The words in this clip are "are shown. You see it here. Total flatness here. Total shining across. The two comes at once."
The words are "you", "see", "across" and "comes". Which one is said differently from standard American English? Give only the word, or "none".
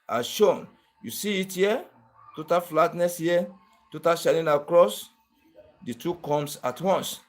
comes